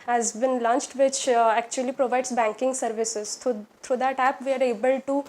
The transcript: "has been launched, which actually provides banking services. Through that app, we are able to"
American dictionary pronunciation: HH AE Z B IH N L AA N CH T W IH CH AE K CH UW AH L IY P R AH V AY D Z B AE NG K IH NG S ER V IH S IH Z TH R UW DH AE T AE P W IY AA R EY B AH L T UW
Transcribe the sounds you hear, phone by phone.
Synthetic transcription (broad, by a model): HH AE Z B IH N L AA N CH T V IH CH AE K CH UW AH L IY P R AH V AY D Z B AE NG K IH NG S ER V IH S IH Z T R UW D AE T AE P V IY AA R EY B AH L T UW